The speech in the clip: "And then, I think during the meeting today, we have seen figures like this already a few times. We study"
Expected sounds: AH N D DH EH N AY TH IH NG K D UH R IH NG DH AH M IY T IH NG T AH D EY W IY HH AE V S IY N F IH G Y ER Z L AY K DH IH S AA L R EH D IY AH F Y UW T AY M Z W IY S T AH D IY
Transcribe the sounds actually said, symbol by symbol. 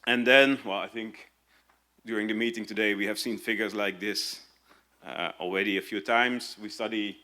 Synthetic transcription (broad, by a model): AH N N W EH L AY TH IH NG K D UH R IH NG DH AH M IY T IH NG T AH D EY W IY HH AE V S IY N F IH G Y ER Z L AY K DH IH S AA L R EH D IY AH F Y UW T AY M Z W IY S T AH D IY